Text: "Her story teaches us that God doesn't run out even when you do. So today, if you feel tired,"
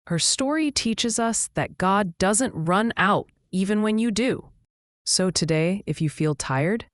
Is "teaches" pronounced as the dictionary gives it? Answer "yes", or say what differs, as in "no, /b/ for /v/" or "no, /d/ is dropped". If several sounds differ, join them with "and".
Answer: yes